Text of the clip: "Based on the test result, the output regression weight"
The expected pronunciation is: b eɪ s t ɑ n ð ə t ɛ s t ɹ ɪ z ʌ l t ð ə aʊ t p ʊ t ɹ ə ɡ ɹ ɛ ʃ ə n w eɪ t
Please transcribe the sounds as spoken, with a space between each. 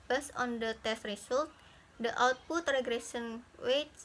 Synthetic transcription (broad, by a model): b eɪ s ɑ n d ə t ɛ s t ɹ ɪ s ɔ l t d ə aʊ t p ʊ t ɹ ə ɡ ɹ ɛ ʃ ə n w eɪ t